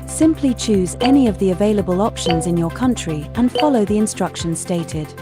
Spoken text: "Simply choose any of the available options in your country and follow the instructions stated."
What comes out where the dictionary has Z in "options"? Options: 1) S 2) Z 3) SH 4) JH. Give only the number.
2